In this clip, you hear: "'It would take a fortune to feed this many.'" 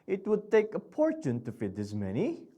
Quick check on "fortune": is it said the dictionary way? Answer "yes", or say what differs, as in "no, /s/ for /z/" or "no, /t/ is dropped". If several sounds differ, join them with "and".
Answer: no, /p/ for /f/